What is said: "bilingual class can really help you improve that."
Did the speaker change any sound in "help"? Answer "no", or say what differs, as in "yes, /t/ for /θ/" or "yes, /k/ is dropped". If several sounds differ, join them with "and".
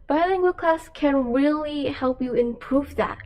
no